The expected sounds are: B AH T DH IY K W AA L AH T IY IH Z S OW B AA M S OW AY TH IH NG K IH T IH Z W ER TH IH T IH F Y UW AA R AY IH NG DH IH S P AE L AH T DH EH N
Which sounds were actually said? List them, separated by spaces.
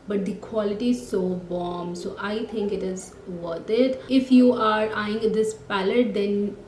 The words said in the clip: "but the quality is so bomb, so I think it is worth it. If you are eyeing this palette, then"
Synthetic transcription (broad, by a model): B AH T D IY K W AA L AH T IY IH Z S OW B AA M S OW AY T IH NG K IH T IH Z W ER T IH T IH F Y UW AA R AY IH NG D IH S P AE L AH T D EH N